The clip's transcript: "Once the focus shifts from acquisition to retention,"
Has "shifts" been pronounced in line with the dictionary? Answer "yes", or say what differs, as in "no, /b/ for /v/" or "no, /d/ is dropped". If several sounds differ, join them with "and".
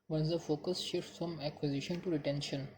no, /f/ is dropped